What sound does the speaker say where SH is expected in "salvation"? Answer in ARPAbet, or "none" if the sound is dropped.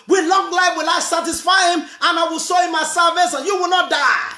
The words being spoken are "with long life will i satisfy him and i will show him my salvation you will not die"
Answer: S